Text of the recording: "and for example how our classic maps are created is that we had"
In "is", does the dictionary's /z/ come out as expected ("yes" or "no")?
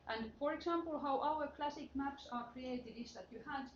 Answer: no